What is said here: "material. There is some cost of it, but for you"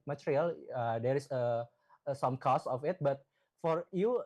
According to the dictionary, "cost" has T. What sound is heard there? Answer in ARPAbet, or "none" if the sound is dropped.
none